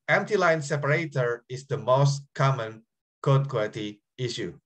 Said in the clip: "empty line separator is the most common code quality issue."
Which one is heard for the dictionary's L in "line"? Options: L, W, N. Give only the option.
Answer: L